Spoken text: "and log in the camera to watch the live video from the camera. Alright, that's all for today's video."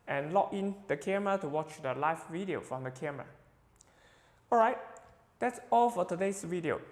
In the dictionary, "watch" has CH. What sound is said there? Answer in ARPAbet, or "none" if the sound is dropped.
CH